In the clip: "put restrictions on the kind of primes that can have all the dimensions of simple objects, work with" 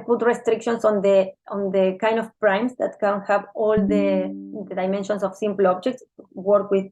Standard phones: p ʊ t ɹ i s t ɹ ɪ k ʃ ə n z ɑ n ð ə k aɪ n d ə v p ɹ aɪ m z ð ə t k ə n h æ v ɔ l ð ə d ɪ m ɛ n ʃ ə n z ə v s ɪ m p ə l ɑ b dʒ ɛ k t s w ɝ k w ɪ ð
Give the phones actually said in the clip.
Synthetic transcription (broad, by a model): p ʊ t ɹ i s t ɹ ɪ k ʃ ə n s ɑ n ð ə k aɪ n d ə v p ɹ aɪ m s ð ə t k ə n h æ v ɔ l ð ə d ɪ m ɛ n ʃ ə n s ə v s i m p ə l ɑ b dʒ ɛ k t s w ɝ k w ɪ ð